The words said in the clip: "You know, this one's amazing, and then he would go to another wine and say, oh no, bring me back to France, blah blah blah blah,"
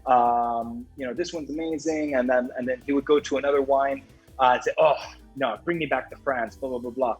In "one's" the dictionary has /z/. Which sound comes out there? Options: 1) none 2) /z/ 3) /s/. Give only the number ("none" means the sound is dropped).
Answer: 2